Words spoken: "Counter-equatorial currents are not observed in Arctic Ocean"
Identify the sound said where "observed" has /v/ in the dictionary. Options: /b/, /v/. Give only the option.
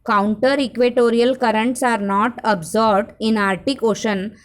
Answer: /b/